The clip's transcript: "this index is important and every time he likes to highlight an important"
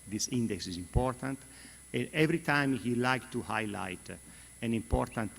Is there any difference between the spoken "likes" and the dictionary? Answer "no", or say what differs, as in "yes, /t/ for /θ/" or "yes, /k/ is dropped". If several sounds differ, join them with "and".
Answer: yes, /s/ is dropped